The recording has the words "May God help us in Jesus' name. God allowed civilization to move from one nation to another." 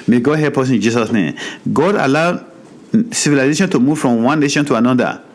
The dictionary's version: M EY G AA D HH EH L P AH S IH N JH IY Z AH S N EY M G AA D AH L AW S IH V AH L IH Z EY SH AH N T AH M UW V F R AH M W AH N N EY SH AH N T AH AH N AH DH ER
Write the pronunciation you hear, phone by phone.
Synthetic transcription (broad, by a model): M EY G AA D HH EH P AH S IH N JH IY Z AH S N EY M G AA D AH L AW S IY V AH L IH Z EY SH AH N T AH M UW V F R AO M W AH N N EY SH AH N T AH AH N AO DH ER